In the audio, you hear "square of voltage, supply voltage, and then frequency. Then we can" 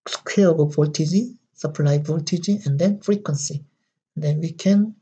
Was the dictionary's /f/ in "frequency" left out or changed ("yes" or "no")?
no